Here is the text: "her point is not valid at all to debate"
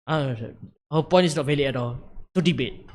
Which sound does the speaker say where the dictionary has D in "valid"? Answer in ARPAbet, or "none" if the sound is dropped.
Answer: none